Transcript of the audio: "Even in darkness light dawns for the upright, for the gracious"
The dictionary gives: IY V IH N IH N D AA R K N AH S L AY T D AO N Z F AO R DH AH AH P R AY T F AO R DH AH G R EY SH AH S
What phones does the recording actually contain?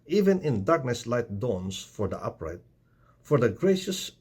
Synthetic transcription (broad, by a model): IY V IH N IH N D AA R K N AH S L AY T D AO N S F AO R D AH AH P R AY T F AO R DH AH G R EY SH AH S